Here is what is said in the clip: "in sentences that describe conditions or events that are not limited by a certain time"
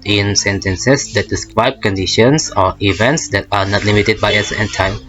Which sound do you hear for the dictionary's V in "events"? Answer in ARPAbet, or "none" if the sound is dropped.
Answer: V